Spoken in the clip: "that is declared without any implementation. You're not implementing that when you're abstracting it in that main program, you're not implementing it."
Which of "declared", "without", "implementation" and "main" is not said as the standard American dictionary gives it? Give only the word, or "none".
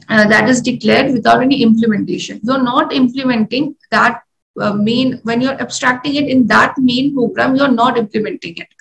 without